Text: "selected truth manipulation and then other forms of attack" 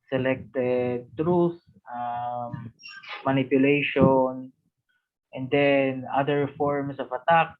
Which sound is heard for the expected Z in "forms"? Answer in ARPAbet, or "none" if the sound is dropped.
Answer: S